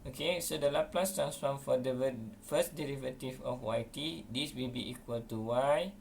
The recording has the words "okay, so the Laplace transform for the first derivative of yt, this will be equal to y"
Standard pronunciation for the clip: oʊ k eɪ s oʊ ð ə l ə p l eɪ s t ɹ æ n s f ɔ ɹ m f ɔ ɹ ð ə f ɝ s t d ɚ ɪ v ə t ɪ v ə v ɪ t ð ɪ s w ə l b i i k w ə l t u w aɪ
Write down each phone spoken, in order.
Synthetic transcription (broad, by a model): oʊ k eɪ s oʊ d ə l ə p l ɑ s t ɹ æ n s f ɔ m f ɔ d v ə f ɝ s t d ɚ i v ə t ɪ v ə w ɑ t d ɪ s w ə l b i i k w ə l t u w aɪ